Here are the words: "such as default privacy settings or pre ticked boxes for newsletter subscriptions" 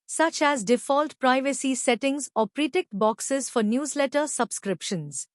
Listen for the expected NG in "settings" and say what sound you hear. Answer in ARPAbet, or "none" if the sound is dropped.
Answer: NG